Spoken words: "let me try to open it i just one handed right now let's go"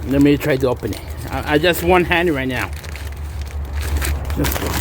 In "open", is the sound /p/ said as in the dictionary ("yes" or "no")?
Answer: yes